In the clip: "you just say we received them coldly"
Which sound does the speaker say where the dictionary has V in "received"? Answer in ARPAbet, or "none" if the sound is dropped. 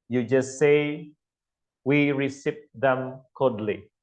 P